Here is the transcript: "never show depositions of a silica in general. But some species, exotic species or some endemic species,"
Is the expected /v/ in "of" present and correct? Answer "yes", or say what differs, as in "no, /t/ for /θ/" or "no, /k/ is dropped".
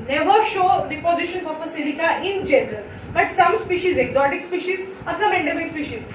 no, /p/ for /v/